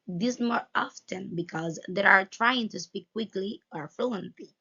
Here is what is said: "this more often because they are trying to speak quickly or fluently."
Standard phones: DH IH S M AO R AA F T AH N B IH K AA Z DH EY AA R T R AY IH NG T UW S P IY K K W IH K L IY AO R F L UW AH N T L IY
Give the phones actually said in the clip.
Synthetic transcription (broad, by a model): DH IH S M AO R AA F T AH N B IH K AA Z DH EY AA R T R AY IH NG T UW S P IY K K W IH K L IY AO R F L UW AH N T L IY